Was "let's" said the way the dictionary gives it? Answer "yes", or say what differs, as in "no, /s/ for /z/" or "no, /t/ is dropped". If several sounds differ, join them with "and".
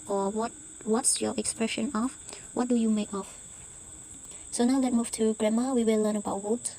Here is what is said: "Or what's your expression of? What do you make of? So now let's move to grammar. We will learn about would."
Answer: no, /s/ is dropped